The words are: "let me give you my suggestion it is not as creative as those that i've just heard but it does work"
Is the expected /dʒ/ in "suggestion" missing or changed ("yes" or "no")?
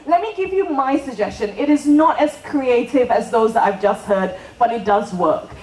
no